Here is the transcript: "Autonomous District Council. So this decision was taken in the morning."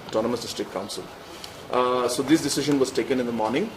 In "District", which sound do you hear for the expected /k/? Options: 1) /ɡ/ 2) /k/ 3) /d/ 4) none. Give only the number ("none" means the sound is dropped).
4